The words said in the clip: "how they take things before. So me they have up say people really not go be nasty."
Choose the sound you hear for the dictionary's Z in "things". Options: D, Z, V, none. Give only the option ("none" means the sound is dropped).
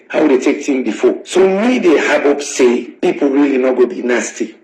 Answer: none